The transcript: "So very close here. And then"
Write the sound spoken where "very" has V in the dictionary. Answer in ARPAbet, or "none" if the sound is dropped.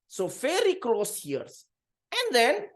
F